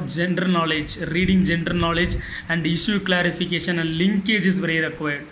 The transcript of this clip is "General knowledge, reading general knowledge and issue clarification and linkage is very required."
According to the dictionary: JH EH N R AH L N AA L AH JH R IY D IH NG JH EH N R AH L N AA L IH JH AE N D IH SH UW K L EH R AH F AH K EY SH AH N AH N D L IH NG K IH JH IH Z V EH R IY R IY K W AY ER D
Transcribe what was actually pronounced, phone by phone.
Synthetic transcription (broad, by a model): JH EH N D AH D N AA L AH JH R IY D IH NG JH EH N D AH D N AA L IH JH AE N D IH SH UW K L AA R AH F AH K EY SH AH N AH N D L IH NG K IH JH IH S V EH R IY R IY K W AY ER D